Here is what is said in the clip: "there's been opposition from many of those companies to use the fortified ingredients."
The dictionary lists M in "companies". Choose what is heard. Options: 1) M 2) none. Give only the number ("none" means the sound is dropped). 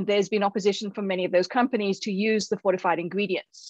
1